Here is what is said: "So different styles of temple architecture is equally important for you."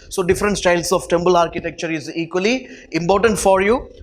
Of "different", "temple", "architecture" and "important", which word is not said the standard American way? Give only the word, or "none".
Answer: temple